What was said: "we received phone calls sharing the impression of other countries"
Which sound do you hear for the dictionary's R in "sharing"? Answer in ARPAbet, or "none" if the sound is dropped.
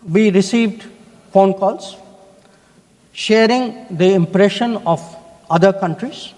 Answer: R